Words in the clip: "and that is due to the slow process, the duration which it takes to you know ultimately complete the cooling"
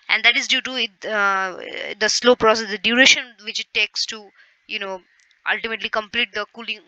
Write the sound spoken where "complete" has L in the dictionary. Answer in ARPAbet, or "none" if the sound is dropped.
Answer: L